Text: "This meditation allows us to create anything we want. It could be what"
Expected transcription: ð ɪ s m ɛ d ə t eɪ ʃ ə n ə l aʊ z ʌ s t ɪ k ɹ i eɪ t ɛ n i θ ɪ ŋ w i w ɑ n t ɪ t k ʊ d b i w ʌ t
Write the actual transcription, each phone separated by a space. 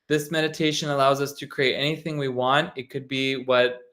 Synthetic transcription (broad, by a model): ð ɪ s m ɛ d ə t eɪ ʃ ə n ə l aʊ z ʌ s t ɪ k ɹ i eɪ t ɛ n i θ ɪ ŋ w i w ɑ n t ɪ t k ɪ d b i w ʌ t